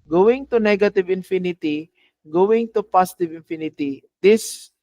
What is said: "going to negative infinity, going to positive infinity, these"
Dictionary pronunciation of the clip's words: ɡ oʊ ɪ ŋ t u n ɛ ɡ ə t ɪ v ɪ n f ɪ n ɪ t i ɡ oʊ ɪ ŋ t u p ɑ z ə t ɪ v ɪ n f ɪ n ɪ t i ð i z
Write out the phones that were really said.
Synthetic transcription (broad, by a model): ɡ oʊ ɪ ŋ t u n ɛ ɡ ə t ɪ v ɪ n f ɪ n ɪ t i ɡ oʊ ɪ ŋ t u p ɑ s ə t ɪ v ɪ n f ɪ n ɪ t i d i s